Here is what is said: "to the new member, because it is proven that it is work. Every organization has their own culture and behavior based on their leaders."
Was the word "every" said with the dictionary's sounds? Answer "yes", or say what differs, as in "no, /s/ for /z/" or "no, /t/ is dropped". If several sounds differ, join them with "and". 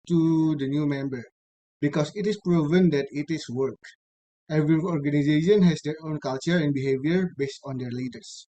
yes